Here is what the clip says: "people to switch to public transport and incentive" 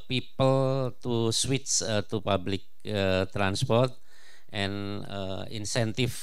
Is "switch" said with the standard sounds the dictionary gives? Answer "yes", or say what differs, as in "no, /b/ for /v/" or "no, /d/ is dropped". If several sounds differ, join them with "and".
no, /s/ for /tʃ/